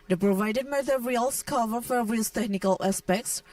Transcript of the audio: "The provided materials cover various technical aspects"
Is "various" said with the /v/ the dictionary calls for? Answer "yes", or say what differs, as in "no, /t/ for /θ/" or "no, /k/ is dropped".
no, /f/ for /v/